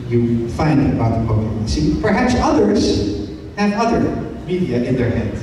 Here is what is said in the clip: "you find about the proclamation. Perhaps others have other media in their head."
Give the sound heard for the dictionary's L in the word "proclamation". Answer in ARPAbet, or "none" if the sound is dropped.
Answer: none